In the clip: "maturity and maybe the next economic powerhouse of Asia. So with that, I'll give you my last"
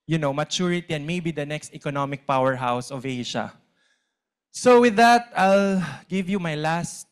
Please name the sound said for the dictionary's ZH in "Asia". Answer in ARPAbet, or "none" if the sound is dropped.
SH